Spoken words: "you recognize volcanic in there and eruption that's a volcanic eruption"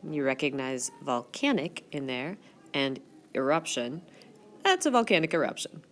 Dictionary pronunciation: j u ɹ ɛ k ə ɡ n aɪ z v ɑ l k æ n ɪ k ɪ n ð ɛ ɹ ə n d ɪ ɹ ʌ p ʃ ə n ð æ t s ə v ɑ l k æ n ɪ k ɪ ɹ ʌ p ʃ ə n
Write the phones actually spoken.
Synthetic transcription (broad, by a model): j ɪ ɹ ɛ k ə ɡ n aɪ z v ɑ l k æ n ɪ k ɪ n ð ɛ ɹ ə n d ɪ ɹ ʌ p ʃ ə n ð æ t s ə v ɑ l k æ n ɪ k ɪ ɹ ʌ p ʃ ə n